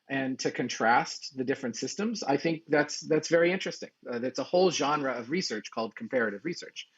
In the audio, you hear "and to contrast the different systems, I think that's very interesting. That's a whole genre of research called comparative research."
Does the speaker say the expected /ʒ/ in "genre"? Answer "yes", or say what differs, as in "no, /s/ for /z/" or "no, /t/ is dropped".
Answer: yes